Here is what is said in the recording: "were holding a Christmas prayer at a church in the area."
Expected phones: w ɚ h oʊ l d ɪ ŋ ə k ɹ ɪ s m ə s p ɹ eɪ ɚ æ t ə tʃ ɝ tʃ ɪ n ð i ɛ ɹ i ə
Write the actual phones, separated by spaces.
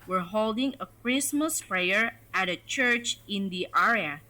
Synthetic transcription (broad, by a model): w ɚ h oʊ l d ɪ ŋ ə k ɹ ɪ s m ə s p ɹ eɪ ɚ æ t ə tʃ ɝ tʃ ɪ n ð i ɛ ɹ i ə